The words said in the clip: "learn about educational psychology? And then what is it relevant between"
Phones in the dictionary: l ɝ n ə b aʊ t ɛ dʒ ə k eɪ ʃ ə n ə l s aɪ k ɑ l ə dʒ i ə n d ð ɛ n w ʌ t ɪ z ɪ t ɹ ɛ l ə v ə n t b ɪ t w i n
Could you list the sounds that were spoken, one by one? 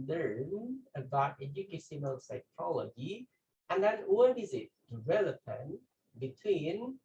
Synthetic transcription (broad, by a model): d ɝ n ə b aʊ t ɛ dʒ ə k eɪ s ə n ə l s aɪ k ɑ l ə dʒ i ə n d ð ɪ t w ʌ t ɪ z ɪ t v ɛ l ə p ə n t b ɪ t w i n